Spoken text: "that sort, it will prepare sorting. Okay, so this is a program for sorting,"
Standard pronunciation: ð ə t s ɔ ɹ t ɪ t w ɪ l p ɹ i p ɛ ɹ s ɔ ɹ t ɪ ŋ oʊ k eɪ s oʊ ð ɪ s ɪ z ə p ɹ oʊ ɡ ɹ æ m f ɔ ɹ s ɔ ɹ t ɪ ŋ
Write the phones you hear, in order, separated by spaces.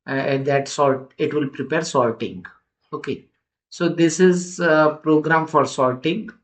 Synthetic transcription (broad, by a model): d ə t s ɔ l t ɪ t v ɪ l p ɹ i p ɛ ɹ s ɔ l t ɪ ŋ oʊ k eɪ s oʊ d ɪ s ɪ z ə p ɹ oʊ ɡ ɹ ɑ m f ɔ ɹ s ɔ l t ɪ ŋ